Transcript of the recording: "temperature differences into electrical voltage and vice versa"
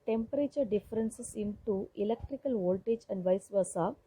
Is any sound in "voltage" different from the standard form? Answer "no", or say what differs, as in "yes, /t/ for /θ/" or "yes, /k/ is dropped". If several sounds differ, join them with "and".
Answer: no